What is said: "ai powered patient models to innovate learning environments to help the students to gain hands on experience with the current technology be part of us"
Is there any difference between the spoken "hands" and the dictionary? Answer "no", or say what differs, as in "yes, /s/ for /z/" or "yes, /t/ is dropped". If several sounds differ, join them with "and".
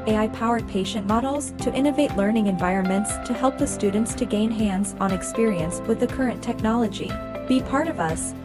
no